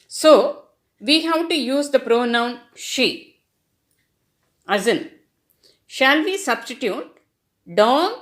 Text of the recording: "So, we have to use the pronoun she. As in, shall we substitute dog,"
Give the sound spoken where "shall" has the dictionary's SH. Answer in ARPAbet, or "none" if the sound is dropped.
SH